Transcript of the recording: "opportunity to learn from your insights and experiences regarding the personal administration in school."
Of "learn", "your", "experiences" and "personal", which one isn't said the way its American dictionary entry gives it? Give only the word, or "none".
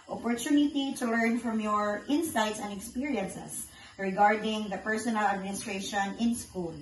experiences